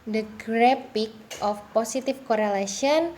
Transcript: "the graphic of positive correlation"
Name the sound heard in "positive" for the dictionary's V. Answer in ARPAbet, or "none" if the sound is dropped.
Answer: F